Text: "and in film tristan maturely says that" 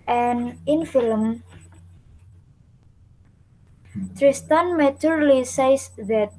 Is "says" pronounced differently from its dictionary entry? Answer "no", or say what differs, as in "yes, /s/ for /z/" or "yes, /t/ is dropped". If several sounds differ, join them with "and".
yes, /s/ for /z/